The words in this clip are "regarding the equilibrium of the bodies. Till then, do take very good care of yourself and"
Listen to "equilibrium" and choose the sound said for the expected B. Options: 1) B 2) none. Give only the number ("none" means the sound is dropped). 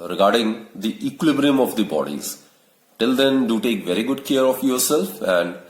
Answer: 1